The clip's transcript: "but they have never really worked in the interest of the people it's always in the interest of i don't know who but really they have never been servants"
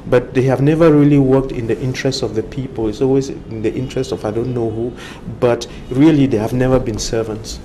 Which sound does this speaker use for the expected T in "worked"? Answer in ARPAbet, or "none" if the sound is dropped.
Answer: T